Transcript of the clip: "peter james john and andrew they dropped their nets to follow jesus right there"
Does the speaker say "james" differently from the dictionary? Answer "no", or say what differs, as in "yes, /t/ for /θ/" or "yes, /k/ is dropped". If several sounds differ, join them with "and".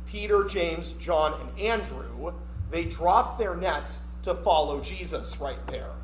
no